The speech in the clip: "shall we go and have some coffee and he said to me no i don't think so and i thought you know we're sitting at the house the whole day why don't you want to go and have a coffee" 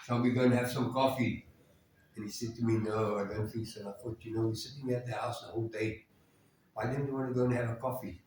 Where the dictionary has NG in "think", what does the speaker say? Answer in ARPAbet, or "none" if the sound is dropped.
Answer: none